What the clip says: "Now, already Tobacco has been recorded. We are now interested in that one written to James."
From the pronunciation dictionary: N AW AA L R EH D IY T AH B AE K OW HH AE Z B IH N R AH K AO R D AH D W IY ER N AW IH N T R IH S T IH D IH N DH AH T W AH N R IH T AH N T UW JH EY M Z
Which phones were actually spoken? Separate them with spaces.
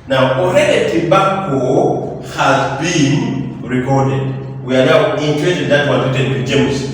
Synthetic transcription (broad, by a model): N AW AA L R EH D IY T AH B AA K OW HH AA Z B IH N R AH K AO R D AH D W IY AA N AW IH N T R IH T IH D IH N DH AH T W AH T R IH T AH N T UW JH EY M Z